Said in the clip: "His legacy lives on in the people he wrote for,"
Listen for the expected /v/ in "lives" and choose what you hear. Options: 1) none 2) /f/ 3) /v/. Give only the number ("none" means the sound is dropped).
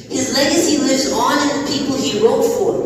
1